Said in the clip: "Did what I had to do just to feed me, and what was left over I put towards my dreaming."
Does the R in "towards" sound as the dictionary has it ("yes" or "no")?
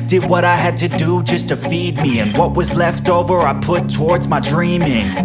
yes